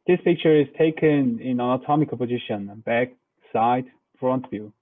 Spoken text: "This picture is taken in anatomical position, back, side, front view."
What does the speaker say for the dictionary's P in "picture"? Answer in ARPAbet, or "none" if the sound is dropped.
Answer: P